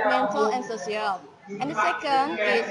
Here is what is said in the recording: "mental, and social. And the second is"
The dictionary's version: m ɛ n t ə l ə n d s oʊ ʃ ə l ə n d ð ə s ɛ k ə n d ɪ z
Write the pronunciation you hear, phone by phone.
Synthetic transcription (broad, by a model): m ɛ n t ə l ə n s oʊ s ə l ə n d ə s ɛ k ə n d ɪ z